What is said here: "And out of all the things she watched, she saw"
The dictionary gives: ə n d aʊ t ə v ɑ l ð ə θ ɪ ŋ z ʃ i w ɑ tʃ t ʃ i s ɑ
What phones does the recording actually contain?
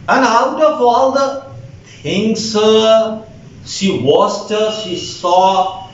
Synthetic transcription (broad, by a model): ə n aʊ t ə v ɑ l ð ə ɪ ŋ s ʃ i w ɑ s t ʃ i s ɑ